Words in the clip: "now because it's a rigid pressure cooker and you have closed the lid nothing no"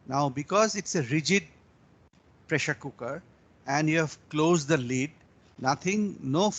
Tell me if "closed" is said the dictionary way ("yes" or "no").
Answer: yes